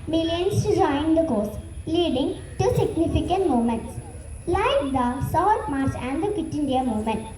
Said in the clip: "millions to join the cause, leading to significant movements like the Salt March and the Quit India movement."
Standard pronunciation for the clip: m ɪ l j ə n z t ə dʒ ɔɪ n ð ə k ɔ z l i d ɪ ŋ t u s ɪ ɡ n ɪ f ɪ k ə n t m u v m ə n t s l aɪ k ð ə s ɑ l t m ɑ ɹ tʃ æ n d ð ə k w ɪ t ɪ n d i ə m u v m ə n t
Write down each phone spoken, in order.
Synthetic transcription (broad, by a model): m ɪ l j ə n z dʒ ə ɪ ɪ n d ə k ɔ s l i d ɪ ŋ t u s ɪ ɡ n ɪ f ɪ k ə n t m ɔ m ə n t s l aɪ k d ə s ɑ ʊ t m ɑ ɹ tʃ æ n d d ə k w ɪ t ɪ n d i ə m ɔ m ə n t